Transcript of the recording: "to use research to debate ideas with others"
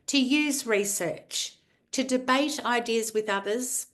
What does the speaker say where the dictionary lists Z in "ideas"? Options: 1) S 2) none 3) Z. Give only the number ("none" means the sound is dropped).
3